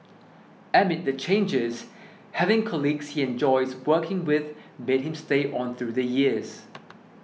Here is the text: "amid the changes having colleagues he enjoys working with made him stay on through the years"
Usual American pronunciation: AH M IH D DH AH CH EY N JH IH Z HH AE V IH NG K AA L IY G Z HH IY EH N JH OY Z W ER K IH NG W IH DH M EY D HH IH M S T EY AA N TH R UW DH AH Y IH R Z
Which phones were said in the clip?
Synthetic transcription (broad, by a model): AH M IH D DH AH CH EY N JH IH Z HH AE V IH NG K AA L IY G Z HH IY EH N JH OY Z W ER K IH NG W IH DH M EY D HH IH M S T EY AA N TH R UW DH AH Y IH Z